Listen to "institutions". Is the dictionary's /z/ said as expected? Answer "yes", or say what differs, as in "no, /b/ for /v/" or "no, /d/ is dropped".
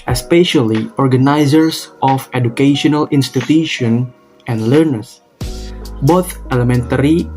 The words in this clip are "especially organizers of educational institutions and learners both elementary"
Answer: no, /z/ is dropped